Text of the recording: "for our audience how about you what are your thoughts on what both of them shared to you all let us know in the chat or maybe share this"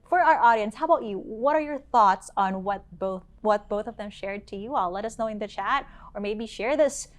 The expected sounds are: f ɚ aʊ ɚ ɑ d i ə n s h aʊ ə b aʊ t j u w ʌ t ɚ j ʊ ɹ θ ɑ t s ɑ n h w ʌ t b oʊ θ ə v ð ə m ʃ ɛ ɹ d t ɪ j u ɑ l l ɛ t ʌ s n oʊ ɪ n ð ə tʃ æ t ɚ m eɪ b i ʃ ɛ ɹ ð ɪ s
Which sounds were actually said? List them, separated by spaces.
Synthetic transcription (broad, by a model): f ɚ aʊ ɚ ɑ d i ə n s h aʊ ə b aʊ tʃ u w ʌ t ɚ j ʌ ɹ θ ɑ t s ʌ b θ w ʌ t b oʊ θ ə v ð ə m ʃ ɛ ɹ d t ɪ j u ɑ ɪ l ɛ t ʌ s n oʊ ɪ n ð ə tʃ æ t ɚ m eɪ b i ʃ ɛ ɹ ð ɪ s